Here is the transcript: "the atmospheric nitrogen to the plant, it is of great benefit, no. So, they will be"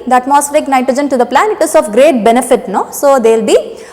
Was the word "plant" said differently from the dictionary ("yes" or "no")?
yes